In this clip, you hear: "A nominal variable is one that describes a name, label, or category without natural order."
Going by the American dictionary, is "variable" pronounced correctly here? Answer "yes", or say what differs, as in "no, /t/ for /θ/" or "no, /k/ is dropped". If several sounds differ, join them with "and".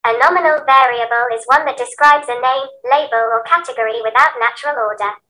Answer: yes